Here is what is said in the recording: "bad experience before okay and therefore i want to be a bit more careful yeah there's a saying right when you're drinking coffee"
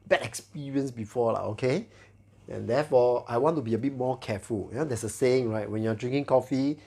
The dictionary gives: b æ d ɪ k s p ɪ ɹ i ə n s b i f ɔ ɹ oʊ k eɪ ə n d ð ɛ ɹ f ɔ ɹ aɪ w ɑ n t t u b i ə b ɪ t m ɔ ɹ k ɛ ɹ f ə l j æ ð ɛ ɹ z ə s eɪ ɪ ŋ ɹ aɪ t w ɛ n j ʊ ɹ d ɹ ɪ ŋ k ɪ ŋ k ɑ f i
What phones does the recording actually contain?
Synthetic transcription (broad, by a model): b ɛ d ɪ k s p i ɹ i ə n s b i f ɔ l oʊ k eɪ ə n d ɛ f ɔ aɪ w ɑ n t t u b i ə b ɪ t m ɔ k ɛ f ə l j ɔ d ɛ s ə s eɪ ɪ ŋ ɹ aɪ t w ɛ n j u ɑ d ɹ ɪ ŋ k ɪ ŋ k ɑ f i